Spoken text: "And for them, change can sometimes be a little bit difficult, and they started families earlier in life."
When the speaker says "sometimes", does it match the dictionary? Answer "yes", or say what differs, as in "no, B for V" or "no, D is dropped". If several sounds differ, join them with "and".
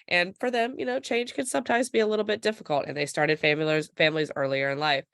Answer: yes